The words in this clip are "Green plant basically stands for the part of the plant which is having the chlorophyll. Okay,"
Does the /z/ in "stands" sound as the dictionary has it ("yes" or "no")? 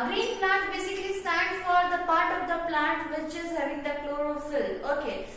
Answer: no